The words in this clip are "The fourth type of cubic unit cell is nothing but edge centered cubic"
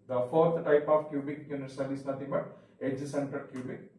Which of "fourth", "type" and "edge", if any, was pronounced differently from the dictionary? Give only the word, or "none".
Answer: fourth